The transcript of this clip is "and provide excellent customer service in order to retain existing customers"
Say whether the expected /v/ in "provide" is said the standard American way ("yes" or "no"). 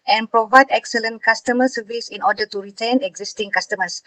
yes